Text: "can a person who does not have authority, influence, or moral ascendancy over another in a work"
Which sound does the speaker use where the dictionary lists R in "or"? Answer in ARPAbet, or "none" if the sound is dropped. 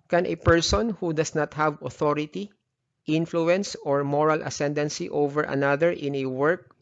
R